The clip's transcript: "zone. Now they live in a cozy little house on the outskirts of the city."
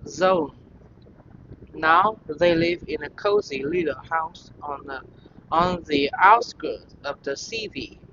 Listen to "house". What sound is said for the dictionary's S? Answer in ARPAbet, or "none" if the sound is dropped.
S